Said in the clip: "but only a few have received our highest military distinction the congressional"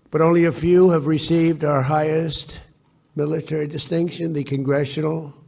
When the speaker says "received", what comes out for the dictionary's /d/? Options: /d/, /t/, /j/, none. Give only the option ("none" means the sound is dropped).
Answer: /d/